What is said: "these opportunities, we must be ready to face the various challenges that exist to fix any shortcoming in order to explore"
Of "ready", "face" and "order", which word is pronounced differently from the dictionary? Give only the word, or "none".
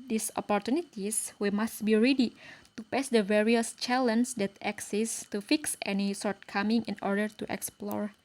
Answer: face